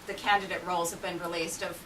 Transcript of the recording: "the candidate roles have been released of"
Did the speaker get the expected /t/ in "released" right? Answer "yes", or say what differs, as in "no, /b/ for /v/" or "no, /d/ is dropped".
yes